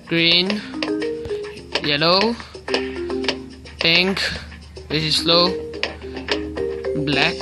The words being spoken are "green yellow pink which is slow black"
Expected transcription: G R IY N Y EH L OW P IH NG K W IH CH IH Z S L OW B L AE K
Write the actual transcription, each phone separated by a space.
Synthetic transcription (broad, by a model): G R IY N Y EH L OW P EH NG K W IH S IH S L OW B L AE K